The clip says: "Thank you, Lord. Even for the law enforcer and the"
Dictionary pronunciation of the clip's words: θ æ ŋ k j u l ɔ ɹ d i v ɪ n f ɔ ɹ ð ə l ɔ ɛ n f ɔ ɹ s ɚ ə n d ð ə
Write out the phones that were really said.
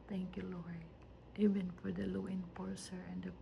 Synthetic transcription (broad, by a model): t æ ŋ k j u l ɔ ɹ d i v ɪ n f ɔ ɹ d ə l ɔ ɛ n p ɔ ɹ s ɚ ə n d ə